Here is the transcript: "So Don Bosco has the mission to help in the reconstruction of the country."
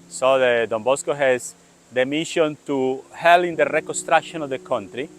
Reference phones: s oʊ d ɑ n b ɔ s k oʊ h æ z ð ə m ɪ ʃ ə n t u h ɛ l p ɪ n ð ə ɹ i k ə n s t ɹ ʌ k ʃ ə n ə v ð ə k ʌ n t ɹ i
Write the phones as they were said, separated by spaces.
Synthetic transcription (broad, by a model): s oʊ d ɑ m b ɔ s k oʊ h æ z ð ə m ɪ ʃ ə n t u h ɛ l ɪ n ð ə ɹ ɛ k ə n s t ɹ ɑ k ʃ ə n ə v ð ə k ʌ n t ɹ i